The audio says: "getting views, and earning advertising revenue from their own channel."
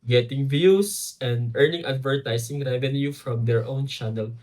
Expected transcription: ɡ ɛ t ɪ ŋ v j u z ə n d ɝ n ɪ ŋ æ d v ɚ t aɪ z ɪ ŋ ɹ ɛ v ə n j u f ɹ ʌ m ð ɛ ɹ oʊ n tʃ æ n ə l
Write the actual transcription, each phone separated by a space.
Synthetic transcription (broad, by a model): ɡ ɛ t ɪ ŋ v j u s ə n d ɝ n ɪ ŋ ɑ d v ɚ t aɪ s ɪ ŋ ɹ ɛ v ə n j u f ɹ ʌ m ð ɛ ɹ oʊ n tʃ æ n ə l